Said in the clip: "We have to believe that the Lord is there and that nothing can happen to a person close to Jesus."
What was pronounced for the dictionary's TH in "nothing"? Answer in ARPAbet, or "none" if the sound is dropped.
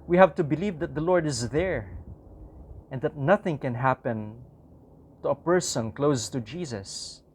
TH